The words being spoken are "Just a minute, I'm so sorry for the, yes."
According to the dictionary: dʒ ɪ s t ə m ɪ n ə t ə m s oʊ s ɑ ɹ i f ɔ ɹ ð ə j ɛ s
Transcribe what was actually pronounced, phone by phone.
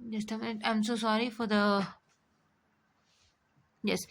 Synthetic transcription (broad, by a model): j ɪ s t ə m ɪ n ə ə m s oʊ s ɑ ɹ i f ɔ ɹ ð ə j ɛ s